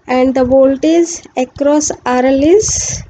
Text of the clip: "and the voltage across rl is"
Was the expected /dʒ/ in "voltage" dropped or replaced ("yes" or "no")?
yes